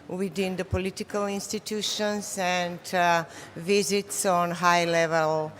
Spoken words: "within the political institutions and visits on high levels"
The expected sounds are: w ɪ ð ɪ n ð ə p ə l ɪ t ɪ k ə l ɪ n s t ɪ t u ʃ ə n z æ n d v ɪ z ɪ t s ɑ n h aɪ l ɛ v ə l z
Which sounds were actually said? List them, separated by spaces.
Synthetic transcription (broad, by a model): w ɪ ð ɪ n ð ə p ə l ɪ t ɪ k ə l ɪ n s t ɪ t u ʃ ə n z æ n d v ɪ z ɪ t s ɑ n h aɪ l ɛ v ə l